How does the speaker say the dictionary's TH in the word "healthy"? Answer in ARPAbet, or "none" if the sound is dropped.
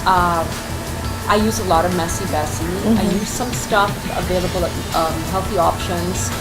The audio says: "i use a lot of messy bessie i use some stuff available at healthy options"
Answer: TH